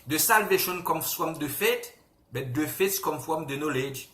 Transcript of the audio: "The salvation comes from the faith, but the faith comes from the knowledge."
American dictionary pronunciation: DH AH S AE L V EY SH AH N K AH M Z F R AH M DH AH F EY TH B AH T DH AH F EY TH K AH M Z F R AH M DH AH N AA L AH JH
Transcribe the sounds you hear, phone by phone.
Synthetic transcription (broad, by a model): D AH S AE L V EY SH AH N K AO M S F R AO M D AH F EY T B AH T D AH F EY T K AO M F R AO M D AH N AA L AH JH